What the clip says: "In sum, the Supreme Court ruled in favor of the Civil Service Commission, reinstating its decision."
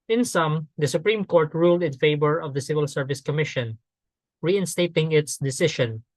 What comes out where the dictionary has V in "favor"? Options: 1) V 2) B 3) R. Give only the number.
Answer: 2